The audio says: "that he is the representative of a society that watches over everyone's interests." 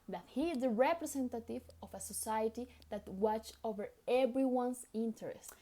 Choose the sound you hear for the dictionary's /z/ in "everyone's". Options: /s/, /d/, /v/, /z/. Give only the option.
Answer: /s/